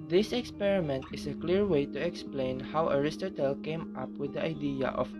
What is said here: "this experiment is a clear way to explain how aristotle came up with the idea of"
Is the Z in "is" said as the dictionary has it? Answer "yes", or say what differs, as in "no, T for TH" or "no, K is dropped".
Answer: no, S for Z